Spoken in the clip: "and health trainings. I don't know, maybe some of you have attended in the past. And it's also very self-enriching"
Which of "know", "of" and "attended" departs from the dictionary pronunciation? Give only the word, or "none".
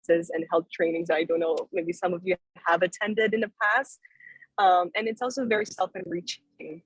none